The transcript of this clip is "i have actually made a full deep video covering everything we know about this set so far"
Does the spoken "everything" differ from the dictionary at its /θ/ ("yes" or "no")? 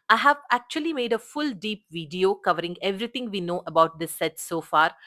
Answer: yes